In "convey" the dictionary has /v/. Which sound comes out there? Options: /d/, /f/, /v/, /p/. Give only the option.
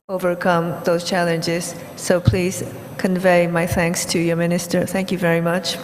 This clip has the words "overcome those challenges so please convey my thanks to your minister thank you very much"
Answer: /v/